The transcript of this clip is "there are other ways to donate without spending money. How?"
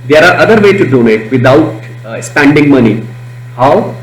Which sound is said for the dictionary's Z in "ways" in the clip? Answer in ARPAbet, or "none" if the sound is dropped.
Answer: none